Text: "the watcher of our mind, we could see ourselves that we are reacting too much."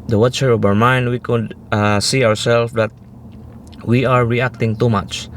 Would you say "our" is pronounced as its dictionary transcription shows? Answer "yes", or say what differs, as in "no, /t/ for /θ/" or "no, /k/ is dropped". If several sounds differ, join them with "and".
yes